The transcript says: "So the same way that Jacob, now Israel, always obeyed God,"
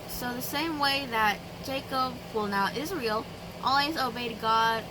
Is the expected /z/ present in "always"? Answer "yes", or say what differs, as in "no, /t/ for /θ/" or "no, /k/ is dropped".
yes